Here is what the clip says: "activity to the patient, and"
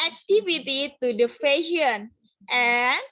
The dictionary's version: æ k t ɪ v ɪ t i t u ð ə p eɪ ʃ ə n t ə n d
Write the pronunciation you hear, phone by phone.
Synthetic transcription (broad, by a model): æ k t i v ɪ t i t u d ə f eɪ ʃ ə n t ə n